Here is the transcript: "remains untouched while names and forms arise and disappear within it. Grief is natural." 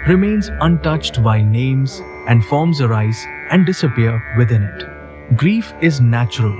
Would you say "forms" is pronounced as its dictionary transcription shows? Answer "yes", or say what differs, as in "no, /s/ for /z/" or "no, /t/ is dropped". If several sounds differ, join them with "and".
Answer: yes